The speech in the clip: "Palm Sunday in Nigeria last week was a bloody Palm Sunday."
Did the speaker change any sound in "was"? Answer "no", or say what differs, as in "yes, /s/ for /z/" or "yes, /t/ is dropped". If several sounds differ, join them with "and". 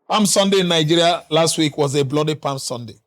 no